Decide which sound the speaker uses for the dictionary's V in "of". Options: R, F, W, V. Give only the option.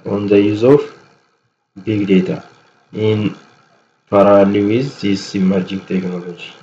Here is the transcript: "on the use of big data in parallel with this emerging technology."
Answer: F